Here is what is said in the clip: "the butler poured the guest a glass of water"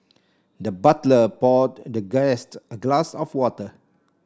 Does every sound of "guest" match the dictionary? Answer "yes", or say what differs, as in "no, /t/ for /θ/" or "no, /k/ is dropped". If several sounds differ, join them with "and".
yes